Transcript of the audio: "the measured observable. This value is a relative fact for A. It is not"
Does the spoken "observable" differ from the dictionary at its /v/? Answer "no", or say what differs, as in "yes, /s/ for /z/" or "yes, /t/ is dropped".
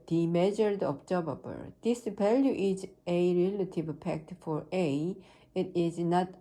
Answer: yes, /b/ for /v/